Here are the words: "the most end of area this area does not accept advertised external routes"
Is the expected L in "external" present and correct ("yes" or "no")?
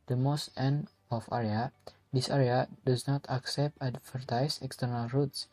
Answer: yes